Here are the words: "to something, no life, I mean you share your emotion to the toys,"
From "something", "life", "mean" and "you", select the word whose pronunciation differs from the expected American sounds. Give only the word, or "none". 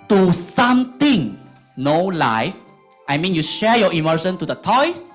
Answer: something